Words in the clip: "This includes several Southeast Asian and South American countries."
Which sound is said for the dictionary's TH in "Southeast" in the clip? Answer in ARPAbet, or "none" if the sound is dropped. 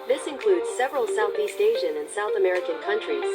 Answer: TH